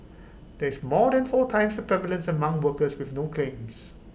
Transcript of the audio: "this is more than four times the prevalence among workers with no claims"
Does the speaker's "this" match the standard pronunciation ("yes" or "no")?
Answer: no